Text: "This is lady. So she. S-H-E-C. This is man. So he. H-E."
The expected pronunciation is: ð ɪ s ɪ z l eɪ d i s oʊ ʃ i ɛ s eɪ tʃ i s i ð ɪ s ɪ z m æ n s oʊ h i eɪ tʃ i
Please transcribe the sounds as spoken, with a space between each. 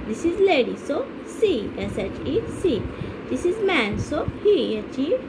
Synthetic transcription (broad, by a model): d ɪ s ɪ z l eɪ d i s oʊ s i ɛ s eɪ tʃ i s i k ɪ s ɪ z m æ n s oʊ h i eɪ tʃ i